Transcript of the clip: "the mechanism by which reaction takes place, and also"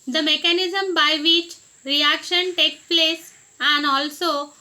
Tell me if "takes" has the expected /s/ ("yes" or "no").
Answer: no